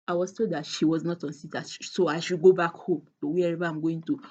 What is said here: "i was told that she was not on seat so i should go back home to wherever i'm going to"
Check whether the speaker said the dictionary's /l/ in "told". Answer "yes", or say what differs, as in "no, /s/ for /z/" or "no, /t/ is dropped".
no, /l/ is dropped